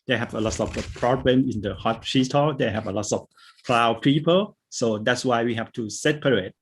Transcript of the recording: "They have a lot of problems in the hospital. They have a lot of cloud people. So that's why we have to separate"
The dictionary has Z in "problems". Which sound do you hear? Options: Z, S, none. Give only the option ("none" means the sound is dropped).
none